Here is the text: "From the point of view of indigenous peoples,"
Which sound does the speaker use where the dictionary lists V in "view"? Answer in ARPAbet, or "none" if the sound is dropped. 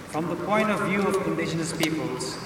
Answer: V